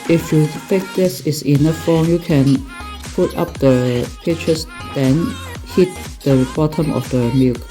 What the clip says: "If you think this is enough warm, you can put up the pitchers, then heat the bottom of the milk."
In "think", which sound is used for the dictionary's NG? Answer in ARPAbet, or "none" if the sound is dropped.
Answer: none